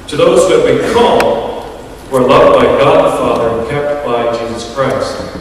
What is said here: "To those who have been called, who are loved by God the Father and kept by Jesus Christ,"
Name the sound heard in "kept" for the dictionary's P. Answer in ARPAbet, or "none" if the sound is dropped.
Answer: P